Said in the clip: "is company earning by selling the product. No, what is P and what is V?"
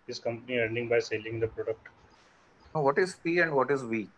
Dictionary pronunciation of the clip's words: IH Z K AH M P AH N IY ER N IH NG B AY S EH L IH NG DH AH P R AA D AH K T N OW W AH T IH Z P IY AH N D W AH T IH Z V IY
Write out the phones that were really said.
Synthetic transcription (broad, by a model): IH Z K AH M P AH N IY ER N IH NG B AY S EH L IH NG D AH P R AA D AH K T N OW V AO T IH Z F IY AH N D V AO T IH Z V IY